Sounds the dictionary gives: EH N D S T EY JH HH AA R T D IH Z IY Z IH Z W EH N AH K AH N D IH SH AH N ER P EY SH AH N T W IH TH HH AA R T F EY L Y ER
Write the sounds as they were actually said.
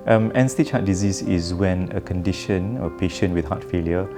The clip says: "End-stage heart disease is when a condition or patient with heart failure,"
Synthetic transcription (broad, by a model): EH N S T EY CH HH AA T D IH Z IY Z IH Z W EH N AH K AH N D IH SH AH N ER P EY SH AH N W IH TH HH AA T F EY L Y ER